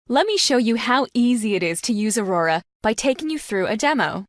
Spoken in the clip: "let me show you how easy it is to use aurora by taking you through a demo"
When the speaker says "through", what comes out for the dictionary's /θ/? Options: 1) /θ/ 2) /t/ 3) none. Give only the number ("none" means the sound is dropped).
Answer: 1